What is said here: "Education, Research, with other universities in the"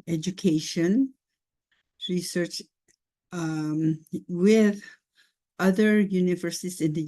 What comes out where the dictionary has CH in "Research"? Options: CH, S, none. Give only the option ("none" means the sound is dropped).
CH